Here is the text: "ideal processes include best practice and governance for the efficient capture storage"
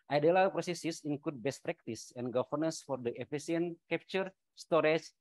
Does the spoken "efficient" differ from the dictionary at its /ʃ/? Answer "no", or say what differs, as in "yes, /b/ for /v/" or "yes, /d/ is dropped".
yes, /s/ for /ʃ/